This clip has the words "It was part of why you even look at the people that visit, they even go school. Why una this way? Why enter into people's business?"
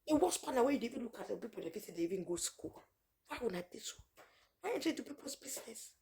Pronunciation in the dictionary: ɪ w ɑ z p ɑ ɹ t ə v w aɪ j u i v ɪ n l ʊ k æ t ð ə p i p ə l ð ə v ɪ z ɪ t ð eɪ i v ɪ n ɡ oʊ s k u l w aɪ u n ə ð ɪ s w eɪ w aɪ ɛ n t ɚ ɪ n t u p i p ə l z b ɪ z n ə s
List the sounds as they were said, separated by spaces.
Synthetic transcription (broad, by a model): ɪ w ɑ s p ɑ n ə w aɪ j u i v ɪ n l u k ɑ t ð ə p i p ə l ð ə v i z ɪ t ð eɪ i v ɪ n ɡ oʊ s k u l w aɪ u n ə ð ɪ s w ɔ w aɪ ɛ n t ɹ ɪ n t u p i p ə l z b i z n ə s